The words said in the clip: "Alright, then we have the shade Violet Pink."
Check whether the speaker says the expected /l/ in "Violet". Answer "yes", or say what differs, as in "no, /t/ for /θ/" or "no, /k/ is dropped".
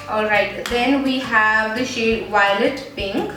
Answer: yes